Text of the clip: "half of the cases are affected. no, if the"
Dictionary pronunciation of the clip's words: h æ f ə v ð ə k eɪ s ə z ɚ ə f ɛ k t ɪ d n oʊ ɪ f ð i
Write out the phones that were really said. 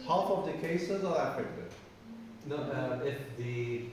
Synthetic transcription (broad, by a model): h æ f ə v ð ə k eɪ s ə z ɚ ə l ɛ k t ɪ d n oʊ ɪ f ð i